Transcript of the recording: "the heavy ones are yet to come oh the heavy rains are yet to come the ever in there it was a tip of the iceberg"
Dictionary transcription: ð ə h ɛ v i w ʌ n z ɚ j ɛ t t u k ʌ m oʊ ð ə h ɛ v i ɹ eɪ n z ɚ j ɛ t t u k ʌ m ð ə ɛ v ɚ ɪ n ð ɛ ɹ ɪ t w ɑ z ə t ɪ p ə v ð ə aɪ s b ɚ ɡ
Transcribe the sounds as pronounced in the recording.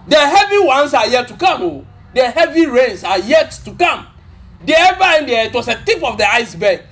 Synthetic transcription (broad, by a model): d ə h ɛ v i w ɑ n s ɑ j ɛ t t u k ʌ m oʊ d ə h ɛ v i ɹ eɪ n s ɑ j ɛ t t u k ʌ m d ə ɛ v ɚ ɪ n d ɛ ɪ t w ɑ s ə t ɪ p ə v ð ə aɪ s b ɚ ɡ